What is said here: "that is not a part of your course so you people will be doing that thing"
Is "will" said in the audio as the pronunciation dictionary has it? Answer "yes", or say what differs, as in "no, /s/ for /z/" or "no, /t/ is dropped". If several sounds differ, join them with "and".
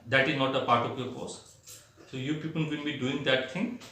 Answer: no, /n/ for /l/